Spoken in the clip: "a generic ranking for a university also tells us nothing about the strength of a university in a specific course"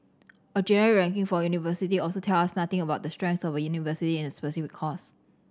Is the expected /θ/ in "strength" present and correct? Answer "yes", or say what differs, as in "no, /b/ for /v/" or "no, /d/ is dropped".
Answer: no, /s/ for /θ/